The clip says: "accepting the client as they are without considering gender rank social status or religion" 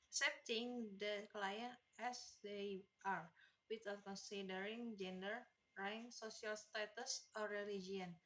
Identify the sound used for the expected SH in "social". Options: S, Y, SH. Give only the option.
S